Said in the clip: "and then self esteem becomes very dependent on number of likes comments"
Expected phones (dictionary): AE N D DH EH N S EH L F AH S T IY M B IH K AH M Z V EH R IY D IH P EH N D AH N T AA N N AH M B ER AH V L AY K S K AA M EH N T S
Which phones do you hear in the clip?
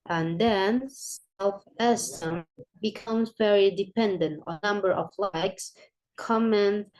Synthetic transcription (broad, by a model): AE N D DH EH N S EH L F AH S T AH M B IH K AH M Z V EH R IY D IH P EH N D AH N T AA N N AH M B ER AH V L AY K S K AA M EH N